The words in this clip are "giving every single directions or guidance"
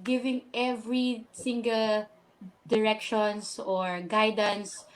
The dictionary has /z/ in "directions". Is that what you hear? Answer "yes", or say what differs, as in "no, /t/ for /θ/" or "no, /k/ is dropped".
no, /s/ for /z/